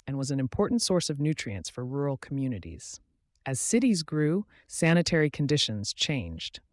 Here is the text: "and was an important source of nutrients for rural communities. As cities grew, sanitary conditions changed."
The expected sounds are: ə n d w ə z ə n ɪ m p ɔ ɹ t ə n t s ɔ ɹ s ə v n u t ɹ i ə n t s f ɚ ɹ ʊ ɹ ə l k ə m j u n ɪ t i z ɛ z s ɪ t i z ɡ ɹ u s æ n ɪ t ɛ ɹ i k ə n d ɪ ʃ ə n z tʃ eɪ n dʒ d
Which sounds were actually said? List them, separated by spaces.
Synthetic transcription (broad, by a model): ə n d w ə z n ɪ m p ɔ ɹ t n t s ɔ ɹ s ə v n u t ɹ i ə n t s f ɚ ɹ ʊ ɹ l k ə m j u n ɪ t i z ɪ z s ɪ t i z ɡ ɹ u s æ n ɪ t ɛ ɹ i k n d ɪ ʃ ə n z tʃ eɪ n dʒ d